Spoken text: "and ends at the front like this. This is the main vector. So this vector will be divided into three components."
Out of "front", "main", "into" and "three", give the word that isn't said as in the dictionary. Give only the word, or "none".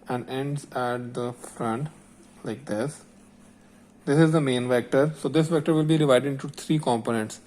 three